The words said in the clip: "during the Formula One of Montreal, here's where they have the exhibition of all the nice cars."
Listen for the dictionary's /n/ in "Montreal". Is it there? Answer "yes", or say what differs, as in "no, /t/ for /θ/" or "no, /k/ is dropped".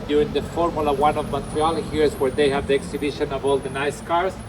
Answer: no, /n/ is dropped